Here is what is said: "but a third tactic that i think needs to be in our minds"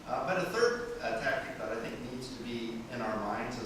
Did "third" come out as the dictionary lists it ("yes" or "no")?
yes